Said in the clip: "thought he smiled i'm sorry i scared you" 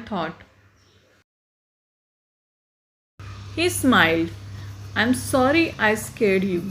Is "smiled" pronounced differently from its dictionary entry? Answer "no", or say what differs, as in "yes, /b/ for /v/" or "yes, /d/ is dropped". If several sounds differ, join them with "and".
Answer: no